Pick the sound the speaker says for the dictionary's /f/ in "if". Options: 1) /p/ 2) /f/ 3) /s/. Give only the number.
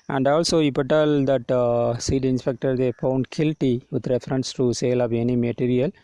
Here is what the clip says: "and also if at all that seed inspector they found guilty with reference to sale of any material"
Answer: 1